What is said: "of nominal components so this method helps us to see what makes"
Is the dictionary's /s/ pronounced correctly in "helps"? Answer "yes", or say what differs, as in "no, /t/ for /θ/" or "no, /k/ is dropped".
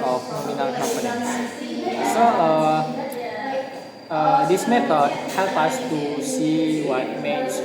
no, /s/ is dropped